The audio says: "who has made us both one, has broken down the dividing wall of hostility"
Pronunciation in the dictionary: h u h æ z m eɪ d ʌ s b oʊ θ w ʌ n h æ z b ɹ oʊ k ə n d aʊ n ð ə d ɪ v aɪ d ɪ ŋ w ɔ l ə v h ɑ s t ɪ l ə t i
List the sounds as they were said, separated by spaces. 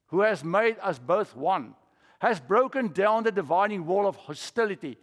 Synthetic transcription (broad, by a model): h u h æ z m eɪ d ʌ s b oʊ θ w ʌ n h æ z b ɹ oʊ k ə n d aʊ n ð ə d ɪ v aɪ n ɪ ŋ w ɔ l ə v h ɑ s t ɪ l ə t i